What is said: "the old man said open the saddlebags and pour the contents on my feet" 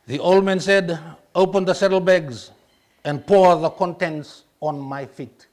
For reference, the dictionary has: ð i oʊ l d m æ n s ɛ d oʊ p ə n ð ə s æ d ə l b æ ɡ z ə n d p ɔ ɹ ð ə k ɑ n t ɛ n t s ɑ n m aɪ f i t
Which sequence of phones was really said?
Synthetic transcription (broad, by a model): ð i oʊ l d m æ n s ɛ d oʊ p ə n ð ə s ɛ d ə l b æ ɡ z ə n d p ɔ ɹ ð ə k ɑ n t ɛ n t s ɑ n m aɪ f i t